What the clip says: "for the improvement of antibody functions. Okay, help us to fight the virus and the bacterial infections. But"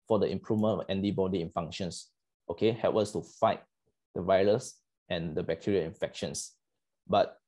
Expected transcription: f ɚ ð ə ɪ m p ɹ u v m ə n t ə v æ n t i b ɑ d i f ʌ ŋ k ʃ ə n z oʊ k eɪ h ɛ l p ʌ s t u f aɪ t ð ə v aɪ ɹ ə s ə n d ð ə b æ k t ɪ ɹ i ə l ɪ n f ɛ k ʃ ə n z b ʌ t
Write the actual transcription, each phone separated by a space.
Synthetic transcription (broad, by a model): f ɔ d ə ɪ m p ɹ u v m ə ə n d i b ɑ d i f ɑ ŋ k ʃ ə n s oʊ k eɪ h ɛ l p ʌ s t u f aɪ t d ə v aɪ ɹ ə s ə n d ə b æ k t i ɹ i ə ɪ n f ɛ k ʃ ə n s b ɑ t